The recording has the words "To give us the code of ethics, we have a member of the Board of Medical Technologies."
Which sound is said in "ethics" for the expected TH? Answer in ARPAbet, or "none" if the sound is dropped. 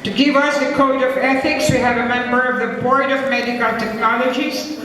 TH